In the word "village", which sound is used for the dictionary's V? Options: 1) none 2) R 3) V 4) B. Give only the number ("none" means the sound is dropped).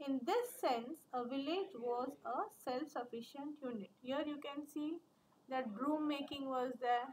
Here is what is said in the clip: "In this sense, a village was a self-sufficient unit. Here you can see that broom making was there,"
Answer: 3